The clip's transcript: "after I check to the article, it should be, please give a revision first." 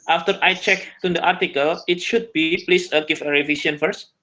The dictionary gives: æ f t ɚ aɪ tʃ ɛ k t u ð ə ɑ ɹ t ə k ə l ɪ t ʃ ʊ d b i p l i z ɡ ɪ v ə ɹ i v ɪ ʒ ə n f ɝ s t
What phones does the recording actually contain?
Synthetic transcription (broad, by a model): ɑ f t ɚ aɪ tʃ ɛ k t u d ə ɑ ɹ t ə k ə l ɪ t ʃ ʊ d b i p l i s ɡ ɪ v ə ɹ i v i s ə n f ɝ s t